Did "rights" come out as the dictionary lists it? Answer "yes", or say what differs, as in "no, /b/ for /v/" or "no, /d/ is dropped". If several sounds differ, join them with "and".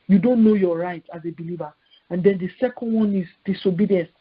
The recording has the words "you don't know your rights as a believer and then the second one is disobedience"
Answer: no, /s/ is dropped